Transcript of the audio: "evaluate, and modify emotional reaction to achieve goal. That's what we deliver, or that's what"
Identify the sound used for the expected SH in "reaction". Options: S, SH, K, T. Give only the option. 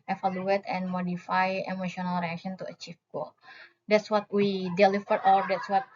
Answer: S